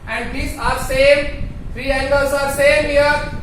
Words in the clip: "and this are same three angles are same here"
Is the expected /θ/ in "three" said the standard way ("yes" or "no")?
no